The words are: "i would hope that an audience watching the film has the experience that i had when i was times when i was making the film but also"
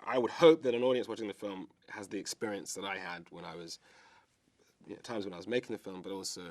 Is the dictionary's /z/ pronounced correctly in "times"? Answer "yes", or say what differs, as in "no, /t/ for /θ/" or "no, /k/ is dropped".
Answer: yes